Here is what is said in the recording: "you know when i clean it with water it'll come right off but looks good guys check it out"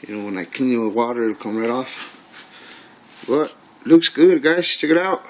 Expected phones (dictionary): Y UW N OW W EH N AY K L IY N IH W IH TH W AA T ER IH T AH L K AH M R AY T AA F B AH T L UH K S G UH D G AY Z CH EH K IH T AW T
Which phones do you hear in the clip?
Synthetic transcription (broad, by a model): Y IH N OW W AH N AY K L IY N IH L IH W AA T ER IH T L K AH M R AY T AA F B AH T L UH K S G UH D G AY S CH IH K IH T AW T